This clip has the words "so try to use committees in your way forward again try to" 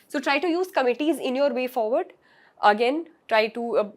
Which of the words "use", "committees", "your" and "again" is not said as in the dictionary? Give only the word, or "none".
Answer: none